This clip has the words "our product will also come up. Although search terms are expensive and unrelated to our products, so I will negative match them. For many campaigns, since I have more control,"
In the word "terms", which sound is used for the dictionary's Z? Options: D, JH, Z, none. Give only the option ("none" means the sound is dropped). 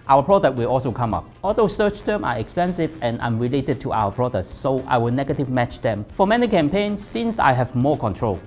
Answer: none